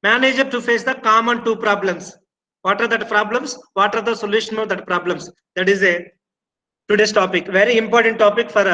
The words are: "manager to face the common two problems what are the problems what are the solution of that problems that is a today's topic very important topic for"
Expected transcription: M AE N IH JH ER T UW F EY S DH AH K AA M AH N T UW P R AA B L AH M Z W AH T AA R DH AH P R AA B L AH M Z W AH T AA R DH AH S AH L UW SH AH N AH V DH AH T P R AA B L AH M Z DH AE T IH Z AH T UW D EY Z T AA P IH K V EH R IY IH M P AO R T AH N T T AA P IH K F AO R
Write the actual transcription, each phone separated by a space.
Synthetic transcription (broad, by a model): M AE N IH JH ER T UW F EY S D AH K AA M AH N T UW P R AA B L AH M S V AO T AA R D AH P R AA B L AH M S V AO T AA R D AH S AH L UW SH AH N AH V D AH T P R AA B L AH M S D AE T IH Z AH T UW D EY S T AA P IH K V EH R IY IH M P AO R T AH N T T AA P IH K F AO R